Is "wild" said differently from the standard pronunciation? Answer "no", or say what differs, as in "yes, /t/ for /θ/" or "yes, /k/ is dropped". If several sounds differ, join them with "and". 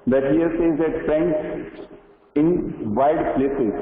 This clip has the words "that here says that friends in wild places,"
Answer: yes, /l/ is dropped